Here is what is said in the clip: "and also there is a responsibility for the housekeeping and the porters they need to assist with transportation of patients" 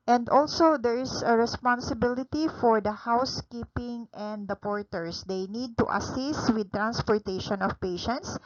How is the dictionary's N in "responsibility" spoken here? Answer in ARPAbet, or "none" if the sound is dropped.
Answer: N